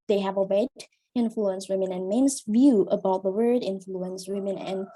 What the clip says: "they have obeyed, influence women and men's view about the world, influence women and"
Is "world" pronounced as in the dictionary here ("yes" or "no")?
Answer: no